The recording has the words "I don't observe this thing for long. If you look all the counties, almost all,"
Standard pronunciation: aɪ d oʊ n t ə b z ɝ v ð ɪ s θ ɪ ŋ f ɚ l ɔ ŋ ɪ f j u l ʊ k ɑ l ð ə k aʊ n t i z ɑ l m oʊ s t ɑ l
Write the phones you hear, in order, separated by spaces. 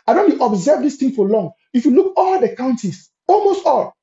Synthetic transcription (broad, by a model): aɪ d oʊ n t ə b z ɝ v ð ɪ s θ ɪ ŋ f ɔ l ɔ ŋ ɪ f j u l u k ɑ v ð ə k aʊ n t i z ɑ l m oʊ s t ɑ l